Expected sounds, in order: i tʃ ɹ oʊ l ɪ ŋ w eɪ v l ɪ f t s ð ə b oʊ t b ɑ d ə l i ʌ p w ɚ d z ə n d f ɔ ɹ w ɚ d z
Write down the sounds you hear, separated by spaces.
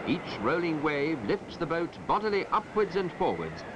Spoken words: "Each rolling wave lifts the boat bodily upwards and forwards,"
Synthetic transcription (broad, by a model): i tʃ ɹ oʊ l ɪ ŋ w eɪ v l ɪ f t s ð ə b oʊ t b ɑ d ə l i ʌ p w ɚ d z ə n f ɔ ɹ w ɚ d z